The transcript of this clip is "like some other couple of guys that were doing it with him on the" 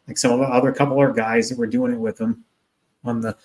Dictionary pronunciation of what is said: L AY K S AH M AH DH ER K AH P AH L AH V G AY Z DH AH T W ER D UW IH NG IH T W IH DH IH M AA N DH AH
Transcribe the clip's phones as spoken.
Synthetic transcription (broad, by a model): L AY K S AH M AH DH ER K AH P L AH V G AY Z DH AH T W ER D UW IH NG IH T W IH DH IH M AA N DH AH